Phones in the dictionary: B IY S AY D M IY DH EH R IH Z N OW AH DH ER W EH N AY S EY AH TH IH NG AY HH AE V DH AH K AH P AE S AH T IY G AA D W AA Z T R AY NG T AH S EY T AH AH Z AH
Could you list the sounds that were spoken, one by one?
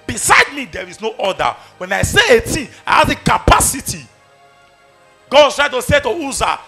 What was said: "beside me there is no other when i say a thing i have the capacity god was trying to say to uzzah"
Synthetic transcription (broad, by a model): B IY S AY D M IY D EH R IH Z N OW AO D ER W EH N AY S EY AH T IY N AY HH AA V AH K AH P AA S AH T IY G AA D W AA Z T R AY T AH S EY T AH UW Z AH